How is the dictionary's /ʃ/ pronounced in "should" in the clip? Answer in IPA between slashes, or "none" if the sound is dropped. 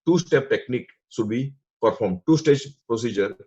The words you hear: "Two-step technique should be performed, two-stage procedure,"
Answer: /s/